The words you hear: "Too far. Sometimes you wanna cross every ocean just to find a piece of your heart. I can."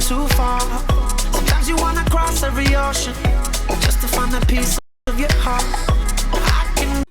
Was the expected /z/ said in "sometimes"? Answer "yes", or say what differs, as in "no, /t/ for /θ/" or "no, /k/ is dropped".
yes